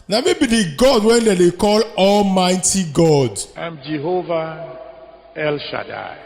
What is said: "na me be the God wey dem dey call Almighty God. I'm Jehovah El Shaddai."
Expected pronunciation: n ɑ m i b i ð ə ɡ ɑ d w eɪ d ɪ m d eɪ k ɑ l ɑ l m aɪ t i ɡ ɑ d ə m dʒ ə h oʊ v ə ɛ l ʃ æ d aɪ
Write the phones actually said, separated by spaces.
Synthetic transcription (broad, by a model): n ɑ m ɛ b i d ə ɡ ɑ d w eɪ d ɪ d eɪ k ɑ l ɑ l m aɪ t i ɡ ɑ d ə m dʒ ə h oʊ v ə ɛ l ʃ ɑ d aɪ